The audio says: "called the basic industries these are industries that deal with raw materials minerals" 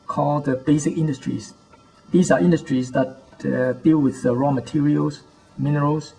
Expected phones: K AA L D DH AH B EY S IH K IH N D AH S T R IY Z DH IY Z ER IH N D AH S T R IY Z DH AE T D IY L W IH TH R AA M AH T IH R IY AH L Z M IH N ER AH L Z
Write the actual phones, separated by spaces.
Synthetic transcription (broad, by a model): K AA L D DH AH B EY S IH K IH N D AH S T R IY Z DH IY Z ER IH N D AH S T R IY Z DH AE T D IY L W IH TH R AA M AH T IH R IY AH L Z M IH N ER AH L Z